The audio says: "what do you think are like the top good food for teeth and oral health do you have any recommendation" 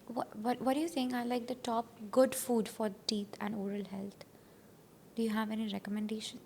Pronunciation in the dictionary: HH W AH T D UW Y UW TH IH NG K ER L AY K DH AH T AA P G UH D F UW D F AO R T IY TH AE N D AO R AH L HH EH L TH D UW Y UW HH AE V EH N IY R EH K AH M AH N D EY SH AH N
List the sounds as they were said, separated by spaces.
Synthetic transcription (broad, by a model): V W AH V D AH Y UW S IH NG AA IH L AY K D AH T AA P G UH D F UW D F AO R T IY T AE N D AO R AH L HH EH L T D UW Y UW HH AE V EH N IY R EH K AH M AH N D EY SH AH N